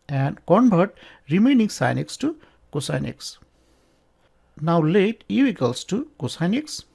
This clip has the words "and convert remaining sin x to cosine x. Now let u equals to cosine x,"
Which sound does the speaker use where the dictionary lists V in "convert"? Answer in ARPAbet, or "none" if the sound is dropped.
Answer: B